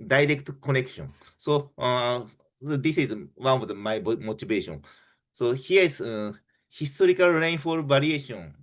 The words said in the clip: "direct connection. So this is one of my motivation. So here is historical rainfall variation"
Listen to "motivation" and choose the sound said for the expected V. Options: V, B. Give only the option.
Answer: B